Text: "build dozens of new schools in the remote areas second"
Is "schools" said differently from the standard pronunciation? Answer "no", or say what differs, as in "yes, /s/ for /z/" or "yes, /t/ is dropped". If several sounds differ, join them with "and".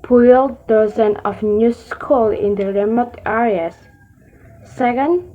yes, /z/ is dropped